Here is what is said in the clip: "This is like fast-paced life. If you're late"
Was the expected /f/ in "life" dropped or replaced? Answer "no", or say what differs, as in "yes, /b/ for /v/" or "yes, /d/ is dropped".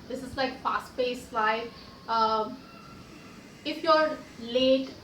yes, /f/ is dropped